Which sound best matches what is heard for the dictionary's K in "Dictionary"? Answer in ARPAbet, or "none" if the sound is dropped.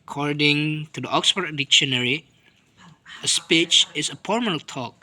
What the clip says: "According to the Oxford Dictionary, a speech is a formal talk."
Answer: K